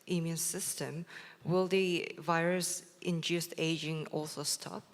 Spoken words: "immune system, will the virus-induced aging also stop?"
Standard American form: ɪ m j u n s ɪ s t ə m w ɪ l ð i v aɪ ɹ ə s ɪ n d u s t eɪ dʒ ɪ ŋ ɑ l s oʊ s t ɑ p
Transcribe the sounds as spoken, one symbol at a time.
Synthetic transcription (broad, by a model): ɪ m j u n s ɪ s t ə m w ɪ l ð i v aɪ ɹ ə s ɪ n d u s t eɪ dʒ ɪ ŋ ɑ l s oʊ s t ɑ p